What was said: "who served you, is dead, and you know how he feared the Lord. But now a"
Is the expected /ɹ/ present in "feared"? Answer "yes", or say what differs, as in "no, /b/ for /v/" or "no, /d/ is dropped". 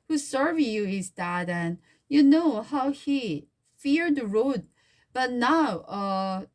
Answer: yes